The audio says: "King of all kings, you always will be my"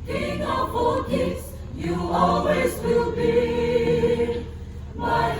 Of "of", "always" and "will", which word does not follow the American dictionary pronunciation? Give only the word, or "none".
of